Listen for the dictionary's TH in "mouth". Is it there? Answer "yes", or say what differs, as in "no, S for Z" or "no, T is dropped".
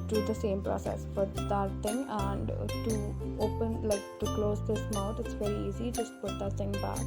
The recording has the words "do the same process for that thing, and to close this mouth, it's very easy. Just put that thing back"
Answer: no, T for TH